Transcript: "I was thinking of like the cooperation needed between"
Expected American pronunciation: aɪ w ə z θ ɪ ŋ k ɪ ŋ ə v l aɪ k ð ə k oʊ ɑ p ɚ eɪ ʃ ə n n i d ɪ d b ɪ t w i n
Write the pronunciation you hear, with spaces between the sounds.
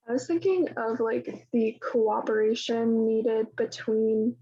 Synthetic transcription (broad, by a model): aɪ w ə z θ ɪ ŋ k ɪ ŋ ə v l aɪ k ð ə k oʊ ɑ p ɚ eɪ ʃ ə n n i d ɪ d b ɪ t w i n